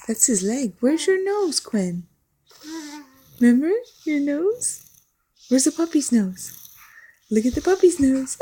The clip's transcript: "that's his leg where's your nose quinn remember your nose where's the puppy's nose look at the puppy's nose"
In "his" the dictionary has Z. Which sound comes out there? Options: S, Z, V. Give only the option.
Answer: Z